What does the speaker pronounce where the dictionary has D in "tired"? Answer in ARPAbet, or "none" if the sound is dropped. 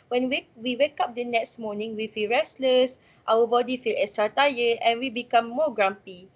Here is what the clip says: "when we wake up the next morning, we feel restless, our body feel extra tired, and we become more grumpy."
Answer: none